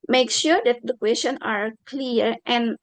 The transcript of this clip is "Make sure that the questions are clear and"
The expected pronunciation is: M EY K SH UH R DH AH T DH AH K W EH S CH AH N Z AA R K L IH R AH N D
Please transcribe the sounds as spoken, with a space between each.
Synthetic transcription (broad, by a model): M EY K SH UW R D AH T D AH K W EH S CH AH N AA R K L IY R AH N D